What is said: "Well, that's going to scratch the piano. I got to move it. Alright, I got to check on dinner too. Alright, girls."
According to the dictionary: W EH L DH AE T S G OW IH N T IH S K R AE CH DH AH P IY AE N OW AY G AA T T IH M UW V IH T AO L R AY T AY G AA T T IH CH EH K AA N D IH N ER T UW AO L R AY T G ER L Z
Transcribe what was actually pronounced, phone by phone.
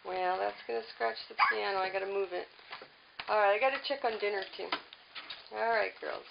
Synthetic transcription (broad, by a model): W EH L DH AE T S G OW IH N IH S K R AE CH DH AH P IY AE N OW AY G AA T T IH M UW V IH T AO L R AY T AY G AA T T IH CH EH K N D IH N ER T UW AO L R AY T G ER L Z